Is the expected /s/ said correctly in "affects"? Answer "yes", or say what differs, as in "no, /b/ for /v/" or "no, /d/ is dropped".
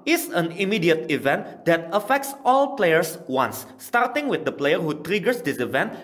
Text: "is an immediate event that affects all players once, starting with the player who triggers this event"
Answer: yes